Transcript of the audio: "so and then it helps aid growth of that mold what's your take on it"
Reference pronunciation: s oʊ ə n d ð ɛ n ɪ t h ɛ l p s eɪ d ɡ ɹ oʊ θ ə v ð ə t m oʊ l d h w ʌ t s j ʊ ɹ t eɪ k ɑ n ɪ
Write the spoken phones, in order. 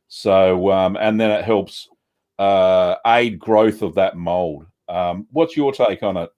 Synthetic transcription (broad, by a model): s oʊ ə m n ð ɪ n ɪ t h ɛ l p s eɪ d ɡ ɹ oʊ θ ə v ð ə t m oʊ l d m w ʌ t s j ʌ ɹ t eɪ k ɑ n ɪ